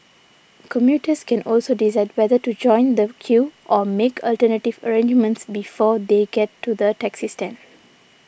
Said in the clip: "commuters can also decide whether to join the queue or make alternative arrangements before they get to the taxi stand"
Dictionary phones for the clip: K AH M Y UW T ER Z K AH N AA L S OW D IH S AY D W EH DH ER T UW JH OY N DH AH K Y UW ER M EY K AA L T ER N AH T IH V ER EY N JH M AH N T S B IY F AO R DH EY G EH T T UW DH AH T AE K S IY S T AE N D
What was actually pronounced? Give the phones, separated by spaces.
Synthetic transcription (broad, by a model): K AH M Y UW T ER S K AH N AA L S OW D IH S AY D W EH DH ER T UW JH OY N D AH K Y UW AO M EY K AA L T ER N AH T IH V ER EY N JH M AH N T S B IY F AO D EY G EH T T UW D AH T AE K S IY S T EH N